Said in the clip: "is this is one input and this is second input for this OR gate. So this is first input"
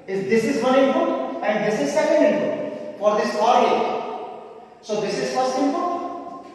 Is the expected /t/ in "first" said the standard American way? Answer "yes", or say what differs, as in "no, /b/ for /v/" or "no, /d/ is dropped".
no, /t/ is dropped